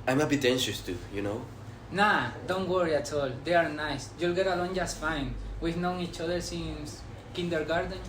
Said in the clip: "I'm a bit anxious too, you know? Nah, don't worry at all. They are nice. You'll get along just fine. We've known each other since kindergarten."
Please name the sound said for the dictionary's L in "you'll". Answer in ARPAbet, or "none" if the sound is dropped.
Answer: L